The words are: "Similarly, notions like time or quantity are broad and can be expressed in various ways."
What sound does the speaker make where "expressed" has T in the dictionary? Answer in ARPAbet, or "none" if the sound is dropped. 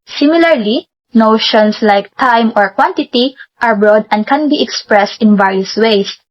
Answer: T